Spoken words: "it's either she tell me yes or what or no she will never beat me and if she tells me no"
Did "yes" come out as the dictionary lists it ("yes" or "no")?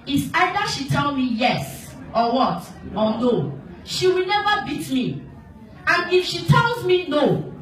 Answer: yes